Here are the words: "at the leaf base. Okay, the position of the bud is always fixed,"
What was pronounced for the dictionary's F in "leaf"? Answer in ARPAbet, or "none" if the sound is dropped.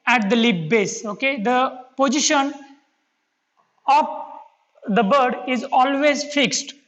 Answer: P